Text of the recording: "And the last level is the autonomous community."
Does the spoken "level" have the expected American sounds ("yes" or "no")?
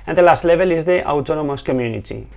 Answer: no